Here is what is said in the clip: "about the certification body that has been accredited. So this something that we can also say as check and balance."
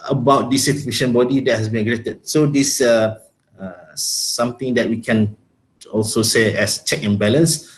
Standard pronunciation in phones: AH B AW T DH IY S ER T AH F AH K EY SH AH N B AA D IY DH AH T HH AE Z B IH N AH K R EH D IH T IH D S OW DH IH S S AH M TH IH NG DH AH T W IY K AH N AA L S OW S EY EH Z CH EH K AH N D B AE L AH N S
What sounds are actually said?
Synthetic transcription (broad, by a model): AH B AW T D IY S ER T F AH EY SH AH N B AA D IY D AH T HH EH S B IH N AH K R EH T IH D S OW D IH S S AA M T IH NG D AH T W IY K AH N AA L S OW S EY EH S CH EH K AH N B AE L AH N S